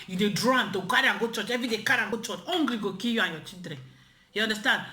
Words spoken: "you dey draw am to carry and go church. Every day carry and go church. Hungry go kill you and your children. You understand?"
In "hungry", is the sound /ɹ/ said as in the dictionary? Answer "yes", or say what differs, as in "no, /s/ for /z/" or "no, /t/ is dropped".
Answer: no, /l/ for /ɹ/